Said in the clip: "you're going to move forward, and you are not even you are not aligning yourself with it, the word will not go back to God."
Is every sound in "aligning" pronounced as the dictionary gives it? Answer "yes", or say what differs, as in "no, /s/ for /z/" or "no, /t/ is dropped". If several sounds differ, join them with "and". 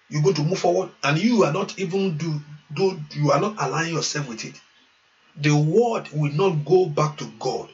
no, /n/ is dropped